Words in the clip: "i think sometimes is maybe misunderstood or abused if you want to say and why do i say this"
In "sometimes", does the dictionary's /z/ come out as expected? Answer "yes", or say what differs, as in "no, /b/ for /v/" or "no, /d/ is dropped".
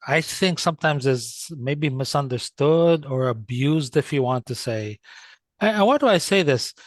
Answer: yes